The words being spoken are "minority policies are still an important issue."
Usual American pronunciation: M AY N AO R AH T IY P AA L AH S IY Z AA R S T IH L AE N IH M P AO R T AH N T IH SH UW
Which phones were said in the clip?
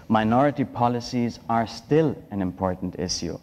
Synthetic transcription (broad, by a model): M AY N AO R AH T IY P AA L AH S IY Z AA R S T IH L AE N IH M P AO R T N T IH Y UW